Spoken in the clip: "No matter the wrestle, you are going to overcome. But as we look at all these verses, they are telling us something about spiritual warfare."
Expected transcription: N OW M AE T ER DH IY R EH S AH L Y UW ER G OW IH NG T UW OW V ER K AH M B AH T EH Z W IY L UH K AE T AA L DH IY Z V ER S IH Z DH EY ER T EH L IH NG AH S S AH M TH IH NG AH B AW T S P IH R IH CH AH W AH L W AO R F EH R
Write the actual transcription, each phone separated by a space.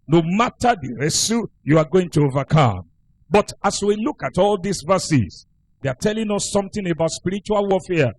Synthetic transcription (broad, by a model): N OW M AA T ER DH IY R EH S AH Y UW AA G OW IH NG T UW OW V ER K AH M B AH T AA S W IY L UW K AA T AA L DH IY S V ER S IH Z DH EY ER T EH L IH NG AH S S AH M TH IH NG AH B AW T S P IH R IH CH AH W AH L W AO F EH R